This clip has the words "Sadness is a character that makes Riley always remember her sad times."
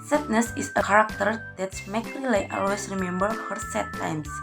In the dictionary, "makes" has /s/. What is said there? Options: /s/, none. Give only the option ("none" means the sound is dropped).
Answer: none